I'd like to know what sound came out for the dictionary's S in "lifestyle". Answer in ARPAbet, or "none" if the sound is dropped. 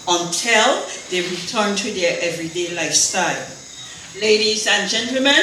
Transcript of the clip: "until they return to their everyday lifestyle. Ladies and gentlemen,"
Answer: S